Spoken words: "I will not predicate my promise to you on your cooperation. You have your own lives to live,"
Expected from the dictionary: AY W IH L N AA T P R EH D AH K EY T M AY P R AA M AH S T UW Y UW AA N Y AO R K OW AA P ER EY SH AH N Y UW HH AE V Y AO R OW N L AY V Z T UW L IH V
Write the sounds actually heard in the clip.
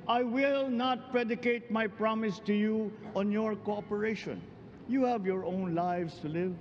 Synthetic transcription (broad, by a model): AY W IH L N AA T P R EH D AH K EY T M AY P R AA M AH S T UW Y UW AA N Y AO R K OW AA P ER EY SH AH N Y UW HH AE V Y AO R OW N L AY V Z T UW L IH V